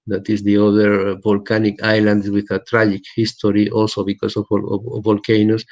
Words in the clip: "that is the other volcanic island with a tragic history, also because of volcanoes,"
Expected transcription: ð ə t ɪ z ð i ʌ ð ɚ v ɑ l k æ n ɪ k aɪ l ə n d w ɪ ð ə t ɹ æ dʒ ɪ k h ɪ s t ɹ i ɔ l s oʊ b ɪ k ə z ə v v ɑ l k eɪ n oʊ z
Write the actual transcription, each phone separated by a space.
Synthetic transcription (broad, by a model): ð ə t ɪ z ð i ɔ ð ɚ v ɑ l k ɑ n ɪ k aɪ l ə n d w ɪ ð ə t ɹ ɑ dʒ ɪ k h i s t ɹ i ɔ l s oʊ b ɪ k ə s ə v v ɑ l k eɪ n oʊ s